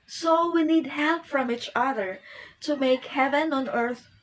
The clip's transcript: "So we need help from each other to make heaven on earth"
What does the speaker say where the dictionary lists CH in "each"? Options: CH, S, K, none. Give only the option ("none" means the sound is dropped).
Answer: CH